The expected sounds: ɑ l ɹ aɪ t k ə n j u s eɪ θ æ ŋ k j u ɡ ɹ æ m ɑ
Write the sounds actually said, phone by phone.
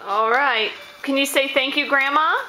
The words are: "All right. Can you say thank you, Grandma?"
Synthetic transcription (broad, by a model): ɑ l ɹ aɪ t k ə n j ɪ s eɪ θ æ ŋ k j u ɡ ɹ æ m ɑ